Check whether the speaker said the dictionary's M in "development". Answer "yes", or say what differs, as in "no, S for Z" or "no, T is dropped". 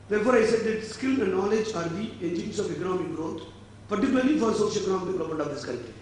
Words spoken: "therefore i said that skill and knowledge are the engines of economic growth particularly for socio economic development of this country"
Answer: no, M is dropped